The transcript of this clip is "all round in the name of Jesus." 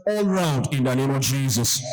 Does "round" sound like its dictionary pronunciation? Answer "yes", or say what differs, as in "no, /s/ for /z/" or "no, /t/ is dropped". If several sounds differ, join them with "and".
yes